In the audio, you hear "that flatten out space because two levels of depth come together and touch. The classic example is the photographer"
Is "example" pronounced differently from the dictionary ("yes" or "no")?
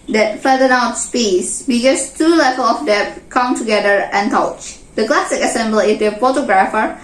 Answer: yes